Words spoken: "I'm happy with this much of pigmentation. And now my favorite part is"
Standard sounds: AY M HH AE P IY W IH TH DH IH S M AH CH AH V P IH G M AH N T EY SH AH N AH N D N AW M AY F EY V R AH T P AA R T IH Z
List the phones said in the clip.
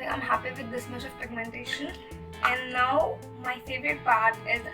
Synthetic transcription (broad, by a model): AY M HH AE P IY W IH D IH S M AH CH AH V F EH G M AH N T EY SH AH N AH N D N AW M AY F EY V R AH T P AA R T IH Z